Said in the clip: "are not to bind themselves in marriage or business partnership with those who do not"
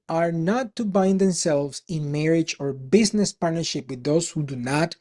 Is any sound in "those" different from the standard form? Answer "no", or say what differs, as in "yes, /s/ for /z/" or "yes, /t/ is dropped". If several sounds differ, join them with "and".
yes, /s/ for /z/